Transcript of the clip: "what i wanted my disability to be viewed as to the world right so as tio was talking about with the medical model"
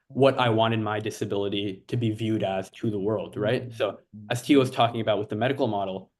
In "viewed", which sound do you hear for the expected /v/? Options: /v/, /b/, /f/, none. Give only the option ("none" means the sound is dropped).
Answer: /v/